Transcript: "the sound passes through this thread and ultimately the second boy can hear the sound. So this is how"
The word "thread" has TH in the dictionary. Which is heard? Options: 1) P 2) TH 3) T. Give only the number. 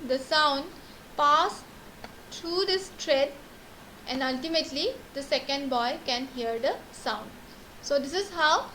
3